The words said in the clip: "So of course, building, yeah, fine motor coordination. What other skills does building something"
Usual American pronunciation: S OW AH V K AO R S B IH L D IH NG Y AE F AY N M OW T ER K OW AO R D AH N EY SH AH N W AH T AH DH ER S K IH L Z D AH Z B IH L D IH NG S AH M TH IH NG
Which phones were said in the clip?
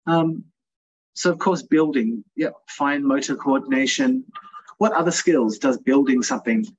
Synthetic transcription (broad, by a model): S OW AH V K AO R S B IH L D IH NG Y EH F AY N M OW T ER K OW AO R D N EY SH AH N W AH T AH DH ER S K IH L Z D AH Z B IH L D IH NG S AH M TH IH NG